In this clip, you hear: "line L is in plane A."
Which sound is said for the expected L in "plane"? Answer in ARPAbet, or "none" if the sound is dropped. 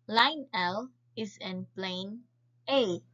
L